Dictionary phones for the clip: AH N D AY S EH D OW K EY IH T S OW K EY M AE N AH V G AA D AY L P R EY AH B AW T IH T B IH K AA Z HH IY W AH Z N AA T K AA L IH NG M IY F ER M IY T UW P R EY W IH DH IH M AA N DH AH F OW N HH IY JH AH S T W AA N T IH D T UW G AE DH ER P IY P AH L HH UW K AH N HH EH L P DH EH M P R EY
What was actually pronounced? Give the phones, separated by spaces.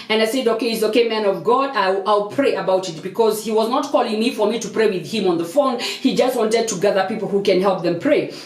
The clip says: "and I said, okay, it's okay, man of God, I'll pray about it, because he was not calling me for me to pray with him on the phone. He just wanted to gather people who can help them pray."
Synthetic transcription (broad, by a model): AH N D AY S EH D OW K EY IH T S OW K EY M AE N AH V G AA D AY L P R EY AH B AW T IH T B IH K AA Z HH IY W AH Z N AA T K AA L IH NG M IY F ER M IY T UW P R EY W IH DH IH M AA N DH AH F OW N HH IY JH AH S T W AA N T IH D T UW G AE DH ER P IY P L HH UW K AH N HH EH L P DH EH M P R EY